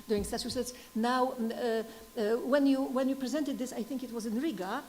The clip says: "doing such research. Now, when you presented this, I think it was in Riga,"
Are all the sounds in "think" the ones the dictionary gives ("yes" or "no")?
yes